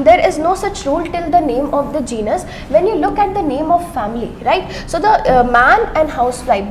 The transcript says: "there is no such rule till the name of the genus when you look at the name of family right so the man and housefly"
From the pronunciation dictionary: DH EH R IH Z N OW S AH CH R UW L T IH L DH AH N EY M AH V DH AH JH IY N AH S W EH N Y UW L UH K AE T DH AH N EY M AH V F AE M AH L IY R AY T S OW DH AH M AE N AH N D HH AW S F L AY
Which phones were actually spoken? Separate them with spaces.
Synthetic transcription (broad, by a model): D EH R IH Z N OW S AH CH R UW L T IH L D AH N EY M AH V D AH JH IY N AH S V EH N Y UW L UH K AE T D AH N EY M AH V F AE M AH L IY R AY T S OW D AH M AE N AH N D HH AW S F L AY